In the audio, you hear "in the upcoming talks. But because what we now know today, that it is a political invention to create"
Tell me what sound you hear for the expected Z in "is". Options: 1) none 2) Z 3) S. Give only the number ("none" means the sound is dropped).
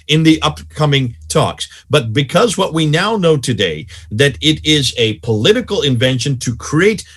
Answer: 2